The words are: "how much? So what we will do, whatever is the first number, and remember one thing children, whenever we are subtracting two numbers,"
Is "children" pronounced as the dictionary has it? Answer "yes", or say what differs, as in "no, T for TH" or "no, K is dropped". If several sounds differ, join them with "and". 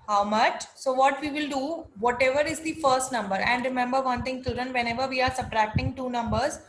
no, L is dropped